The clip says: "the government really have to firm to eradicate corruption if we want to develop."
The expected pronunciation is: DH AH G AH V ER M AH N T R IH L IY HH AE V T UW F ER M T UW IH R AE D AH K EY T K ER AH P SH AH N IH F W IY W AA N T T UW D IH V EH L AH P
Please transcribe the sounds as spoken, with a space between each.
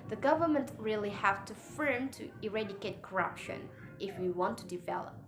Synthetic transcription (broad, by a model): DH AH G AH V ER M AH N T R IH L IY HH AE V T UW F ER M T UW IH R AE D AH K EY T K ER AH P SH AH N IH F W IY W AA N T T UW D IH V EH L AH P